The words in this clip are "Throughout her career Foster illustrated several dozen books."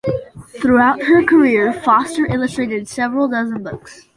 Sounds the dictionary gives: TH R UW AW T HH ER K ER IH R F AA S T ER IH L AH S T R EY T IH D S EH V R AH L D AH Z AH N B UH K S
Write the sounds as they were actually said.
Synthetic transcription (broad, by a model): TH R UW AW T HH ER K ER IH R F AA S T ER IH L AH S T R EY T IH D S EH V R AH L D AH Z AH N B UH K S